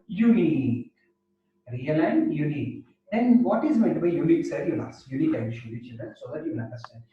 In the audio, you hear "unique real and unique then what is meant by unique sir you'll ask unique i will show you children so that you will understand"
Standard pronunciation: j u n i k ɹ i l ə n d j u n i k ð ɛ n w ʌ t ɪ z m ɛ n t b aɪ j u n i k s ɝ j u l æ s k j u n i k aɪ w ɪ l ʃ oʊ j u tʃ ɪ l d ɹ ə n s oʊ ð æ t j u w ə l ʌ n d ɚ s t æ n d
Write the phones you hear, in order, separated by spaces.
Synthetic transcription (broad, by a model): j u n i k ɹ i l ə n d j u n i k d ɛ n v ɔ t ɪ z m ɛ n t b aɪ j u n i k s ɝ j u l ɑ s j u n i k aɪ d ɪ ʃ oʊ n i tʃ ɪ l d ə s oʊ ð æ t j u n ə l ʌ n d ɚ s t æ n d